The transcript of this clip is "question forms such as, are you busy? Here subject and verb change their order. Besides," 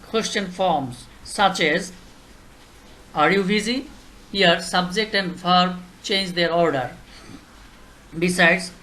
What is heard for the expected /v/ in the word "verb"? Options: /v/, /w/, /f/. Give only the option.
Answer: /f/